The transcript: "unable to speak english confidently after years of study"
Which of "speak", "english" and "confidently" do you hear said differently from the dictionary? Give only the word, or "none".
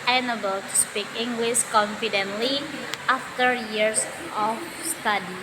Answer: english